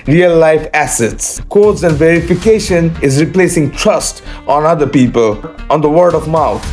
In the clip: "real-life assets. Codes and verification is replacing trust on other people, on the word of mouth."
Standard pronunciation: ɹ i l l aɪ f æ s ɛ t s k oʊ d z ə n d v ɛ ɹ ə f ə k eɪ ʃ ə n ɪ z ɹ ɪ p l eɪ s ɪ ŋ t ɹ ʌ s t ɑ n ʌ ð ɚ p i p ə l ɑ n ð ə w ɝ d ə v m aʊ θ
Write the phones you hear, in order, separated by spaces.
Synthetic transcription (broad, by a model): ɹ i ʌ l aɪ f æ s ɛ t s k oʊ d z ə n d v ɛ ɹ ə f ə k eɪ ʃ ə n ɪ z ɹ ɪ p l eɪ s ɪ ŋ t ɹ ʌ s t ɑ n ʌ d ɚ p i p ə l ɑ n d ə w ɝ d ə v m aʊ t